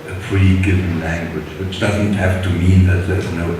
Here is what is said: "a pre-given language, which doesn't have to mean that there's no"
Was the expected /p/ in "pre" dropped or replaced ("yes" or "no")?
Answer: yes